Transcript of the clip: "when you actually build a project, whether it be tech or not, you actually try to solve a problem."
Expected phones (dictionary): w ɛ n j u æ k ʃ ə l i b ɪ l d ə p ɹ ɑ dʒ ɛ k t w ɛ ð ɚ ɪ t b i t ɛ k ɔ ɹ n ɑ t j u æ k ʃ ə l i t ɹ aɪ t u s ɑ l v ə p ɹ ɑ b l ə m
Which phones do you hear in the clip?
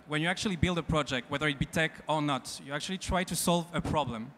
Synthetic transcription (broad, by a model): w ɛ n j u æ k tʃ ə l i b ɪ l d ə p ɹ ɑ dʒ ɛ k t w ɛ ð ɚ ɪ t b i t ɛ k ɔ ɹ n ɑ t j u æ k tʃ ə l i t ɹ aɪ t u s ɑ l v ə p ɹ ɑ b l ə m